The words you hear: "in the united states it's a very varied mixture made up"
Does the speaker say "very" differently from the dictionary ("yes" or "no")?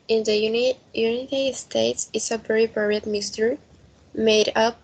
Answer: yes